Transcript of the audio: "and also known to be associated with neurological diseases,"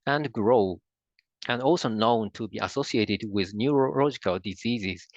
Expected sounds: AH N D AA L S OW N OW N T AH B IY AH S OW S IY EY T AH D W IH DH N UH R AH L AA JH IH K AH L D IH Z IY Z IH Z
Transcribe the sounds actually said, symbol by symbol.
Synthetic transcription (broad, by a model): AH N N AA L S OW N OW N T AH B IY AH S OW S IY EY T AH D W IH DH N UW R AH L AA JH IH K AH L D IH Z IY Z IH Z